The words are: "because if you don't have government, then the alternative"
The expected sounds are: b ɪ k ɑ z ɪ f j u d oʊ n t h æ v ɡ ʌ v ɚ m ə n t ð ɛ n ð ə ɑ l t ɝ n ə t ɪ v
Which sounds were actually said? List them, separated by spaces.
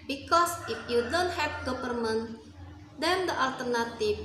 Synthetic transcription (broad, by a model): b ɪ k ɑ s ɪ f j u d oʊ n t h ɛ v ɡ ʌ p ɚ m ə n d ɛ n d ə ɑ l t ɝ n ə t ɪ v